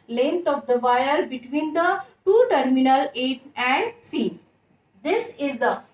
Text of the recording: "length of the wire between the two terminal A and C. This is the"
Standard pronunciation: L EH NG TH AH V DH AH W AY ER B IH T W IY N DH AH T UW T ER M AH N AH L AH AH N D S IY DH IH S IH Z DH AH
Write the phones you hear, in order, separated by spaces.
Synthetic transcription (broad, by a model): L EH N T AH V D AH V AY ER B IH T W IY N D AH T UW T ER M AH N AH L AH AH N D S IY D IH S IH Z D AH